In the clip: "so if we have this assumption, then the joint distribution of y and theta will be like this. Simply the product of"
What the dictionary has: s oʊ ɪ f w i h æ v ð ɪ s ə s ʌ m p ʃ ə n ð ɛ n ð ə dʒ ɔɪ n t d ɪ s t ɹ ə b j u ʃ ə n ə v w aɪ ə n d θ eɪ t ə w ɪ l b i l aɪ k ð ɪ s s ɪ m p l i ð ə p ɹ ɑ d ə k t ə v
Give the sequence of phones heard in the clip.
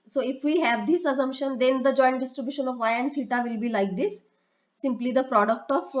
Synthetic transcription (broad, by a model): s oʊ ɪ f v i h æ v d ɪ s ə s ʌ m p ʃ ə n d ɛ n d ə dʒ ɔɪ n t d ɪ s t ɹ ə b j u ʃ ə n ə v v aɪ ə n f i t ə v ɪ l b i l aɪ k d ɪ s s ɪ m p l i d ə p ɹ ɑ d ə k t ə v